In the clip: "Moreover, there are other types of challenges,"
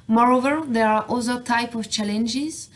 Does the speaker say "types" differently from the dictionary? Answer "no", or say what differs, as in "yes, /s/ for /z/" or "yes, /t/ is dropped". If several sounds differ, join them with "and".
yes, /s/ is dropped